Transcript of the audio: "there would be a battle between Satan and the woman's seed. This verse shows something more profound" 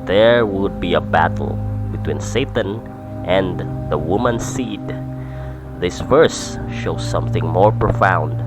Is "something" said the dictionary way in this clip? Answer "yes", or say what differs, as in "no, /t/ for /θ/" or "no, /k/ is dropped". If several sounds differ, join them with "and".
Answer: yes